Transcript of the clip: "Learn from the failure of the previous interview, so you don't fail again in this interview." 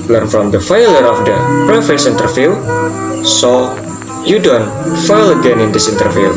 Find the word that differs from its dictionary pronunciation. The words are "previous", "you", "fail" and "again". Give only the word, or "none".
previous